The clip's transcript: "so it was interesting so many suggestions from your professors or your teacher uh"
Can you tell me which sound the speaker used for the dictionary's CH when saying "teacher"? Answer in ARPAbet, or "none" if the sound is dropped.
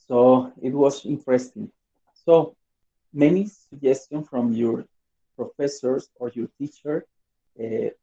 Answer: CH